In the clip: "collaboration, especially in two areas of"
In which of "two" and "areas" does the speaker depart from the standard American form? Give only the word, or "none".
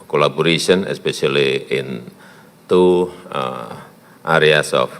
areas